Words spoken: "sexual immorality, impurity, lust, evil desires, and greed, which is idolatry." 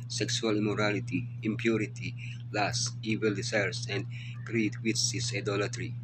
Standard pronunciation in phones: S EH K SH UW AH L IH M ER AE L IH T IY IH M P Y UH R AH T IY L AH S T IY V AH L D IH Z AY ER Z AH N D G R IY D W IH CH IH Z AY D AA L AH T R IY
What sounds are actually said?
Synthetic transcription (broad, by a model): S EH K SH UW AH L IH M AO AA L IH T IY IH M P Y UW R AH T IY L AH S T IY V AH L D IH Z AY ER S AH N D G R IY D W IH S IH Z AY D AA L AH T R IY